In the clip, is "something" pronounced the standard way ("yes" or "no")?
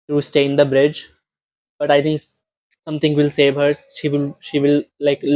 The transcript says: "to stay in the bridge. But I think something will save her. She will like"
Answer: no